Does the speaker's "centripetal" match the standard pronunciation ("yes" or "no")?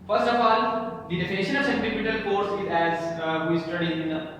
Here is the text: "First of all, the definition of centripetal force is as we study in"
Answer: no